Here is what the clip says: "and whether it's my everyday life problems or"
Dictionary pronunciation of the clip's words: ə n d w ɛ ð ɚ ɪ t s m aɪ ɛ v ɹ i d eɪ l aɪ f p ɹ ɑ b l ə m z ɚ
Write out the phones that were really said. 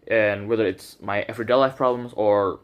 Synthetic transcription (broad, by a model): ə n w ɛ ð ɚ ɪ t s m aɪ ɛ f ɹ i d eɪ l aɪ f p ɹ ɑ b l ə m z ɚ